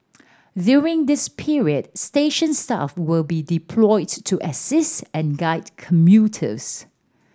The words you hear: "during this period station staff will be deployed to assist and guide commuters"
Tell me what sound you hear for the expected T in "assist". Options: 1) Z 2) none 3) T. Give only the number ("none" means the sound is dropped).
3